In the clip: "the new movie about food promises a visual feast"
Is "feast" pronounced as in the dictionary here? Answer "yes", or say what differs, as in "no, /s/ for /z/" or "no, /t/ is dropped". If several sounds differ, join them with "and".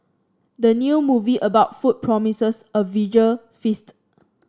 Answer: yes